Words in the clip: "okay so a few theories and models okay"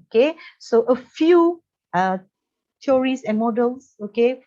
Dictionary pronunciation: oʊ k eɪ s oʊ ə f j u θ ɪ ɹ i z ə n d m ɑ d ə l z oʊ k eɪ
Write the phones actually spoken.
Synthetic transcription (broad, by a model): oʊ k eɪ s oʊ ə f j u t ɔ ɹ i s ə n m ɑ d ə l s oʊ k eɪ